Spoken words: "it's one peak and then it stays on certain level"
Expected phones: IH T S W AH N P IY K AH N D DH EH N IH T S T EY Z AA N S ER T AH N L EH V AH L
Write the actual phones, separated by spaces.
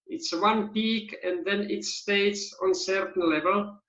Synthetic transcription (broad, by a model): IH T S W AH N P IY K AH N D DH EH N IH T S T EY S AA N S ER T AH N L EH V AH L